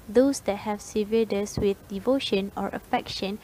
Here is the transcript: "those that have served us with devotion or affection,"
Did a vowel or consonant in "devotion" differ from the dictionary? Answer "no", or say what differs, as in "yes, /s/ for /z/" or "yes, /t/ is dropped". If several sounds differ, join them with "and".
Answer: no